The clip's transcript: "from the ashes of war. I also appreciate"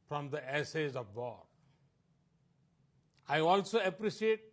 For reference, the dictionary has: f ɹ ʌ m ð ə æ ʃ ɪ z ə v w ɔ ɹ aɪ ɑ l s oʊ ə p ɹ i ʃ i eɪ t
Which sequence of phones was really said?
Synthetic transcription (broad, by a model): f ɹ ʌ m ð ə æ s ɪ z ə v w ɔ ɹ aɪ ɑ l s oʊ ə p ɹ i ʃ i eɪ t